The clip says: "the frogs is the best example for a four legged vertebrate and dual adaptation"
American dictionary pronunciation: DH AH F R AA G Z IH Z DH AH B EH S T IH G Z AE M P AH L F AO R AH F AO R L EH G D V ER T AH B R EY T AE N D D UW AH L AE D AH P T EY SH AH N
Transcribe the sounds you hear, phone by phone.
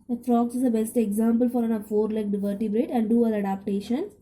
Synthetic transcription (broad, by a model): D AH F R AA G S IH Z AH B EH S T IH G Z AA M P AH L F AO R AH F AO R L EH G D V ER T AH B R EY T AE N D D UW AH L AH D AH P T EY SH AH N